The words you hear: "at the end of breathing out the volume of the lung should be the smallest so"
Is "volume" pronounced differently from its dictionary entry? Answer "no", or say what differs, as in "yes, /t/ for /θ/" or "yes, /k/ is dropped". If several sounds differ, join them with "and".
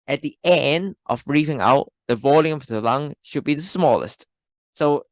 no